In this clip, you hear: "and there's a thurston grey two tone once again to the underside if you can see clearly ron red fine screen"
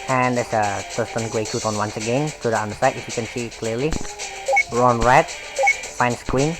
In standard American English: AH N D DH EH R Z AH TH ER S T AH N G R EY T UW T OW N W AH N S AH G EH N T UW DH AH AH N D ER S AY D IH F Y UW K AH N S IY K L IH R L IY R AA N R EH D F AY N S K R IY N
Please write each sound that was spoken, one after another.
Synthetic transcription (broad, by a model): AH N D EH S AH T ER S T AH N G W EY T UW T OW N W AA N S AH G EH N T UW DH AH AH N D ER S AY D IH F Y UW K AH N S IY K L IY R L IY R AA N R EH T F AY N S K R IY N